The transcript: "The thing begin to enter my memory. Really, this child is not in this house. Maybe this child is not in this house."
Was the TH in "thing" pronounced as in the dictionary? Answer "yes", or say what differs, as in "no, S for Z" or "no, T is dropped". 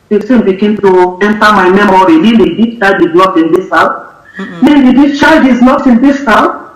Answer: no, S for TH